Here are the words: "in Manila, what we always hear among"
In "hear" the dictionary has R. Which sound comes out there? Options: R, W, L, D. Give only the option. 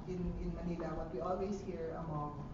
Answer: R